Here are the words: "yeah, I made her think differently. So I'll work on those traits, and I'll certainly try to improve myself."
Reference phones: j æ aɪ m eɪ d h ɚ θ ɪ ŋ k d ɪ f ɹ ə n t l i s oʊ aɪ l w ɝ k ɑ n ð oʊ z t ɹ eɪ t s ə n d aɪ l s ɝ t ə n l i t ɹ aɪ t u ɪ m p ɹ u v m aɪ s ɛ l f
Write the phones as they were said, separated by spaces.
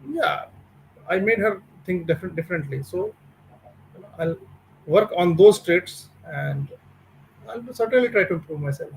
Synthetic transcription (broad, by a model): j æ aɪ m eɪ d h ɚ t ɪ ŋ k d ɪ f ɹ ə n t l i s oʊ aɪ l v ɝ k ɑ n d oʊ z t ɹ eɪ t s ə n d aɪ l s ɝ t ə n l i t ɹ aɪ t u ɪ m p ɹ u v m aɪ s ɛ l f